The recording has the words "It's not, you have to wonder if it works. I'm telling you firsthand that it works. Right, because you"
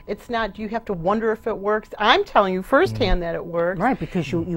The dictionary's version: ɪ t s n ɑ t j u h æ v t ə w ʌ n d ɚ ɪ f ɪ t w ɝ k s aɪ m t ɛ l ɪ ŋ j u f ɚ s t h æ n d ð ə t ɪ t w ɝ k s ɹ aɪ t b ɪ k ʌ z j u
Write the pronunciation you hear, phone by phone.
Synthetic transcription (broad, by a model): ɪ t s n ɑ t j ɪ h æ f t ə w ʌ n d ɚ ɪ f ɪ t w ɝ k s aɪ m t ɛ l ɪ ŋ j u f ɚ s t h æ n ð ə t ɪ t w ɝ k ɹ aɪ t b ɪ k ʌ z j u